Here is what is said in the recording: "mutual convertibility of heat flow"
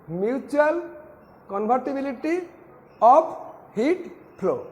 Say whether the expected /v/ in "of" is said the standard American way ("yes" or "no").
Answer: no